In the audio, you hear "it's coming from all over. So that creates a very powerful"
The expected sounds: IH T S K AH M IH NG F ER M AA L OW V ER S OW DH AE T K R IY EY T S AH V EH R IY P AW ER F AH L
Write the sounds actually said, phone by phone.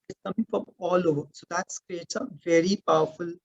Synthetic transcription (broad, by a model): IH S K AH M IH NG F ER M AA L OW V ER S OW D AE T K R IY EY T AH V EH R IY P AW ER F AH L